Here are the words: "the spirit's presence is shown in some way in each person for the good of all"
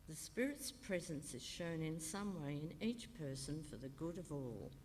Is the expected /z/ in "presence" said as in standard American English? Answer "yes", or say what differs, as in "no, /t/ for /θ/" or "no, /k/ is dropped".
yes